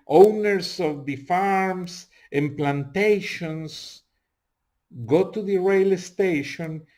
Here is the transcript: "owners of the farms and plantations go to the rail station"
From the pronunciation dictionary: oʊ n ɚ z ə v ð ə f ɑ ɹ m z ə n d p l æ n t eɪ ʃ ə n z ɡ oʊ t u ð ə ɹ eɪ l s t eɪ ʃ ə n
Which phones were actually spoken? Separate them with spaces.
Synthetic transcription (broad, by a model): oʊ n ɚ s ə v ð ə f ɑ ɹ m s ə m p l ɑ n t eɪ ʃ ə n s ɡ oʊ t u ð ə ɹ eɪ l s t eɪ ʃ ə n